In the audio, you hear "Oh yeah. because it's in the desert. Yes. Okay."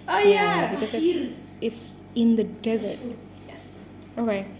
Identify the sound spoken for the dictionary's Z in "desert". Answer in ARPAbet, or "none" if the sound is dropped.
Z